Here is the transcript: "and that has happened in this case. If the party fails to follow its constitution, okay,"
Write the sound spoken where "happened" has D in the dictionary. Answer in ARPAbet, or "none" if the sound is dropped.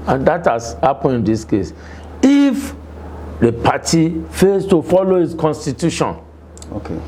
none